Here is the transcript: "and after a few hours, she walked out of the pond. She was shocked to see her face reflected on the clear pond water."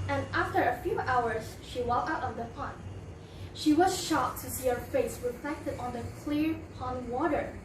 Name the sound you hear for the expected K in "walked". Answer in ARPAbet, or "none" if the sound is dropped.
none